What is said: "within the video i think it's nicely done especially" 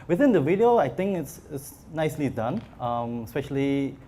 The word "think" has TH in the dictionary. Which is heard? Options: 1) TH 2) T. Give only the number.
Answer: 2